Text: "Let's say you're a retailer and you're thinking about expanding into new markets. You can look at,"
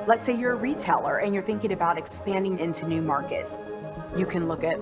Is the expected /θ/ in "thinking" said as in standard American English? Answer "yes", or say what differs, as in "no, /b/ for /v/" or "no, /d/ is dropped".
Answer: yes